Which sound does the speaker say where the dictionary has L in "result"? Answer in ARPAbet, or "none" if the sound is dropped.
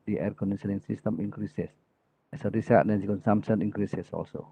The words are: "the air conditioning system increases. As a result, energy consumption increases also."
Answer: none